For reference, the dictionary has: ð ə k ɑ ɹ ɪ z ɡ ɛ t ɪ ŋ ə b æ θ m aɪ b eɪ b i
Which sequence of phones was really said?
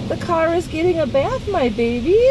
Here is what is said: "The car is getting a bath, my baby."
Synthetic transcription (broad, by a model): ð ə k ɑ ɹ ɪ z ɡ ɛ t ɪ ŋ ə b æ θ m aɪ b eɪ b i